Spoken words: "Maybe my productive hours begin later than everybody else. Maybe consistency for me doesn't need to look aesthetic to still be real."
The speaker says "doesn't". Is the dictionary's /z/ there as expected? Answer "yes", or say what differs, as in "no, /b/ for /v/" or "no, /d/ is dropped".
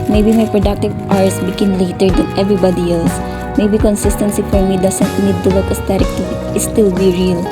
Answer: no, /s/ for /z/